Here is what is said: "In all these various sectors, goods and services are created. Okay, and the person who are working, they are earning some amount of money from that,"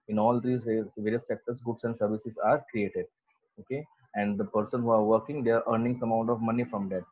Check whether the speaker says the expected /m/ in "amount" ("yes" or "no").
no